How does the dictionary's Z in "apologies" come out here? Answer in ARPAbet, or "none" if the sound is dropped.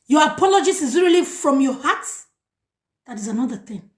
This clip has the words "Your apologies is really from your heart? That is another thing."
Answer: S